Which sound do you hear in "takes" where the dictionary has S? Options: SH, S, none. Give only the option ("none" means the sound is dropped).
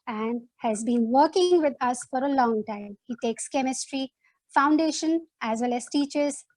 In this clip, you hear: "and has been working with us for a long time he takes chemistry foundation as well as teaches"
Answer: S